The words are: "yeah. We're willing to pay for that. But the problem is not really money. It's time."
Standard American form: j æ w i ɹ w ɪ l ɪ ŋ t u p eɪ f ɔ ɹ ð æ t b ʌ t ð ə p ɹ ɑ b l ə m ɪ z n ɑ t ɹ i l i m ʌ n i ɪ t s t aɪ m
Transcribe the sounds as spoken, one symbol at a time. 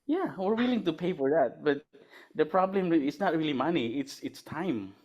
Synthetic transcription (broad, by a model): j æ w i ɹ w ɪ l ɪ ŋ t u p eɪ f ɔ ɹ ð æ t b ʌ t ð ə p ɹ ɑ b l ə m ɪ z n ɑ t ɹ i l i m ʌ n i ɪ t s t aɪ m